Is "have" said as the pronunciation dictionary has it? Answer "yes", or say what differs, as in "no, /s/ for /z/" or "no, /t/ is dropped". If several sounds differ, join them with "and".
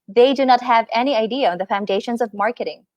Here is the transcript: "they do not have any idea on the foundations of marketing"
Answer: yes